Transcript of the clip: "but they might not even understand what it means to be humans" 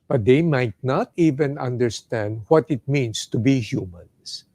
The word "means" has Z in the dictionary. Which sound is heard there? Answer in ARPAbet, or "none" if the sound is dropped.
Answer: S